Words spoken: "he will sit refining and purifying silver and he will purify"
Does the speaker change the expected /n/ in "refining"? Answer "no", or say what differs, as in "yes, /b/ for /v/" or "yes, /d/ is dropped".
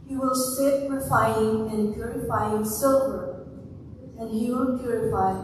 yes, /n/ is dropped